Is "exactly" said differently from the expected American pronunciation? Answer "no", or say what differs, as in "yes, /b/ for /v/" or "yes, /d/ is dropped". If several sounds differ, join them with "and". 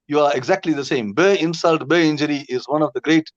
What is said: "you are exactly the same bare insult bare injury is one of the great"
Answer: no